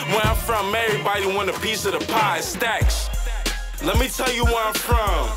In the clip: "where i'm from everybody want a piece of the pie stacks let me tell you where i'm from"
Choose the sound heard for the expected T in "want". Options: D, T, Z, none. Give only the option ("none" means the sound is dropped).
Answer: none